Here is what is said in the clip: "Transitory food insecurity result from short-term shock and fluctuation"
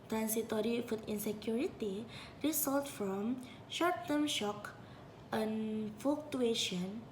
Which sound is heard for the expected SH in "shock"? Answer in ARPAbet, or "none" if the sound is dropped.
SH